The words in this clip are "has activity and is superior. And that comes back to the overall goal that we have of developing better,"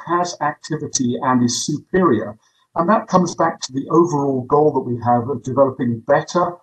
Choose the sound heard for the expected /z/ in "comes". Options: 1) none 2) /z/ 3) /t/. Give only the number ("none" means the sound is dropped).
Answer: 2